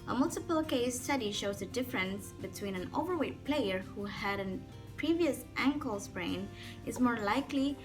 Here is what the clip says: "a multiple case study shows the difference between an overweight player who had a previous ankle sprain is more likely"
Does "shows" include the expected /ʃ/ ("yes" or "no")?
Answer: yes